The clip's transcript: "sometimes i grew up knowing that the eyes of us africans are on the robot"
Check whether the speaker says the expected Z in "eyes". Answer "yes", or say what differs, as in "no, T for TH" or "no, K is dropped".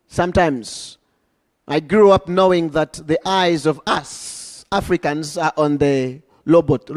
yes